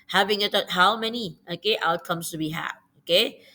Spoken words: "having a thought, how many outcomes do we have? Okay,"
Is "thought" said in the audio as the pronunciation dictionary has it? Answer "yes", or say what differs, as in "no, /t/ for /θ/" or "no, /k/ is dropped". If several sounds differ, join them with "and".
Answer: no, /t/ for /θ/